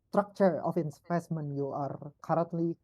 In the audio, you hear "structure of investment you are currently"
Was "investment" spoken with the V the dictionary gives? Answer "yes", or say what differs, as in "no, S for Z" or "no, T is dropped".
no, P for V